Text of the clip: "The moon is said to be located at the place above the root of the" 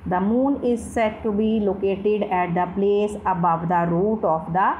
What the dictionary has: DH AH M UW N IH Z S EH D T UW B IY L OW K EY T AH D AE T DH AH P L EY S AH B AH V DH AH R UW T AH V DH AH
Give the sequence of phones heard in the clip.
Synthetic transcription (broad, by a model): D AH M UW N IH Z S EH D T UW B IY L OW K EY T AH D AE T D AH P L EY S AH B AH V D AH R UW T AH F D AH